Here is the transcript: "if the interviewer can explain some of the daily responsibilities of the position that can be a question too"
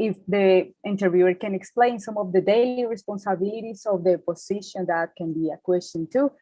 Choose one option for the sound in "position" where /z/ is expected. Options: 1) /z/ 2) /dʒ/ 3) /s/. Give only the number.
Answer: 3